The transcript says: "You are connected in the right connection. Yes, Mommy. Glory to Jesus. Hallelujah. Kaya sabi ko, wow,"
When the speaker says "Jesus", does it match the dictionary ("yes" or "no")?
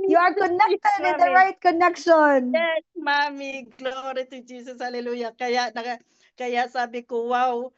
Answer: no